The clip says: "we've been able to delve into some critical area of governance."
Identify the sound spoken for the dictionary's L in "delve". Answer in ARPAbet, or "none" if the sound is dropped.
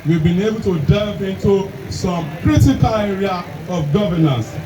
none